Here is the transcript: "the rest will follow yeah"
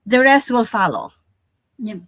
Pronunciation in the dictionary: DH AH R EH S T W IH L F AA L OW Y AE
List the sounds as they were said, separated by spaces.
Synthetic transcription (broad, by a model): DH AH R EH S T W IH L F AA L OW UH